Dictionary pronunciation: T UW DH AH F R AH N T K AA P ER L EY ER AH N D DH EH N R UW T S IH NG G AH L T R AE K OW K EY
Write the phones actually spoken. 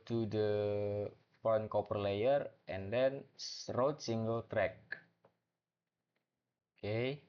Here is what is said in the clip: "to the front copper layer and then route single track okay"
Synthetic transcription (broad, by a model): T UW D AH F AH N K AA P ER L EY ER AH N D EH N R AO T S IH NG G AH L T R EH K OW K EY